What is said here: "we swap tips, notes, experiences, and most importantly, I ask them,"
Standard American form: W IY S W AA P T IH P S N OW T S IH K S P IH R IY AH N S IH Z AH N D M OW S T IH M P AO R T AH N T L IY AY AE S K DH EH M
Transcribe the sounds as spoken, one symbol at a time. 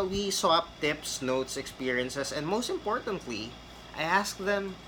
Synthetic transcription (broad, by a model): W IY S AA P T IH P S N OW T S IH K S P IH R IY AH N S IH S AH N D M OW S T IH M P AO R T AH N T L IY AY AE S K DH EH M